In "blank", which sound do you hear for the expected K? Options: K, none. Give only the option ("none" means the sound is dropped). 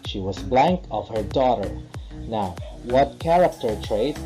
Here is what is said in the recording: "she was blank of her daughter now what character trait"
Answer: K